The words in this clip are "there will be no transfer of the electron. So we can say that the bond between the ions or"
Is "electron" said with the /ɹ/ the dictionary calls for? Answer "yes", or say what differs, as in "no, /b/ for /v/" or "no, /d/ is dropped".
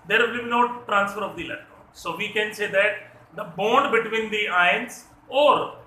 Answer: no, /ɹ/ is dropped